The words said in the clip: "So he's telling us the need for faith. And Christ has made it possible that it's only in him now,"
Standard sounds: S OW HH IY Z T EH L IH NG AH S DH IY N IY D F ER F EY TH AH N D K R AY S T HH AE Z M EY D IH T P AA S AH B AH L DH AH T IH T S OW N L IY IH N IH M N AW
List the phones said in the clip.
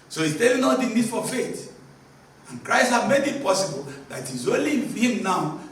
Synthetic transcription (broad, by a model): S OW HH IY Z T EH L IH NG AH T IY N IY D F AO F EY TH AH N K R AY S T HH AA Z M EY D IH T P AA S AH B AH L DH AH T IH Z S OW L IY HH IH M N AW